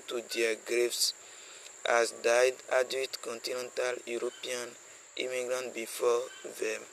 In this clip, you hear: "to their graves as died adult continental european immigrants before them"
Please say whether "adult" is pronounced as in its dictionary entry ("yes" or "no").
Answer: no